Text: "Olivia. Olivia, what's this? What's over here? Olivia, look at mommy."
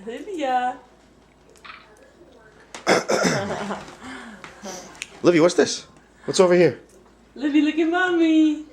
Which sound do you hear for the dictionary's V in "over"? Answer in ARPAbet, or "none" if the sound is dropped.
V